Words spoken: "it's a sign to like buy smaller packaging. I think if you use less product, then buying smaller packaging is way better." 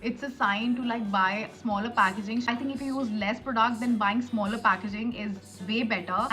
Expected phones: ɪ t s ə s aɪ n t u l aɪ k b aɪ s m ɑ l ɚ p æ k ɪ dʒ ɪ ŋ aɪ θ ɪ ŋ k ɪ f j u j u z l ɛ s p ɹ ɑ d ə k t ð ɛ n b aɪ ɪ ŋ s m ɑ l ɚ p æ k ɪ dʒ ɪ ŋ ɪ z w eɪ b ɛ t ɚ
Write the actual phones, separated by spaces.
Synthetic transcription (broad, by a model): ɪ t s ə s aɪ n t u l aɪ k b aɪ s m ɑ l ɚ p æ k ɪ dʒ ɪ ŋ aɪ t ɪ ŋ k ɪ f j u j u z l ɛ s p ɹ ɑ d ə k t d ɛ n b aɪ ɪ ŋ s m ɑ l ɚ p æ k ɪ dʒ ɪ ŋ ɪ z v eɪ b ɛ t ɚ